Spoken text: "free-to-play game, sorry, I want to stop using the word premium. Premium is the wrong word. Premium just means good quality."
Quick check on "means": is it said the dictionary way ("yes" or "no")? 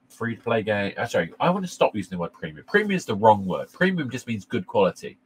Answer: yes